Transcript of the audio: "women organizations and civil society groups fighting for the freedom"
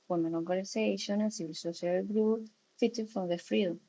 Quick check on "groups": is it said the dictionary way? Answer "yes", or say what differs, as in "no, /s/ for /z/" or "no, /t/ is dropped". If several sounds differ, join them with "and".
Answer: no, /s/ is dropped